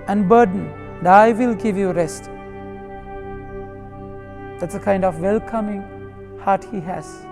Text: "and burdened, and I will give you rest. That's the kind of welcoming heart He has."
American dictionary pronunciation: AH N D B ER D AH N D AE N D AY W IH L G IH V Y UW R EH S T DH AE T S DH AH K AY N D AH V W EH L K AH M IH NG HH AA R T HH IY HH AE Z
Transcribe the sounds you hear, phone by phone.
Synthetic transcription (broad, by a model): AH N D B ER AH D N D AY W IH L G IH V Y UW R EH S T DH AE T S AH K AY N D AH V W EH L K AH M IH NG HH AA R T HH IY HH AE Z